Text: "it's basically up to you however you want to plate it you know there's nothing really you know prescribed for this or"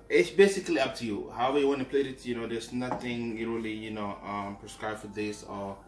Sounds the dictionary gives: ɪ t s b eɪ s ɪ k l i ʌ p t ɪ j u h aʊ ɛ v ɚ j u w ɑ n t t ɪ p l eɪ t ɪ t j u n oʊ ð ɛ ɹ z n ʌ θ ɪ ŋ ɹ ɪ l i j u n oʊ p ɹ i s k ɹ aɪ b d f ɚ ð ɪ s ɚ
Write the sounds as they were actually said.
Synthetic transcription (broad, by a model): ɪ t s b eɪ s ɪ k l i ʌ p t ɪ j u h aʊ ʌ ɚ j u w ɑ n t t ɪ p l eɪ t ɪ t j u n oʊ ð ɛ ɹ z n ʌ θ ɪ ŋ l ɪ l i j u n oʊ p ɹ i s k ɹ aɪ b f ɚ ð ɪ s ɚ